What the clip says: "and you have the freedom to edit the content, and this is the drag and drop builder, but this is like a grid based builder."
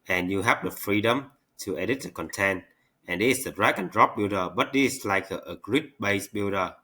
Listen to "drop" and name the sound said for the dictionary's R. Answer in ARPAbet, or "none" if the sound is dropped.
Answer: R